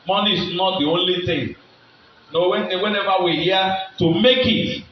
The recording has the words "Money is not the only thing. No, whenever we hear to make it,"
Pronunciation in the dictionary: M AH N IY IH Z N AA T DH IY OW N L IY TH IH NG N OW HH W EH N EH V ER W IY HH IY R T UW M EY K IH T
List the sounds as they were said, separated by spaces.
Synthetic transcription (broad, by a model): M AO N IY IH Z N AA T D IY OW N L IY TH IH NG N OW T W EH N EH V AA W IY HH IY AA T UW M EY K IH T